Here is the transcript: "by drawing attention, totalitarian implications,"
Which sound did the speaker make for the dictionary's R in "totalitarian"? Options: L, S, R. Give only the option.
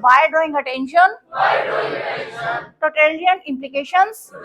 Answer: L